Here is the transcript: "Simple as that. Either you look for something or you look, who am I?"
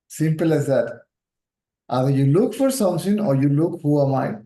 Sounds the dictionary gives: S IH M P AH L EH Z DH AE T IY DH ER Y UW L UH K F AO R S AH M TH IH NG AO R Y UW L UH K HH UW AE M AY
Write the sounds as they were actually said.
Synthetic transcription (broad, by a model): S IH M P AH L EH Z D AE T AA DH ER Y UW L UH K F AO R S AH M S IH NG AO R Y UW L UH K HH UW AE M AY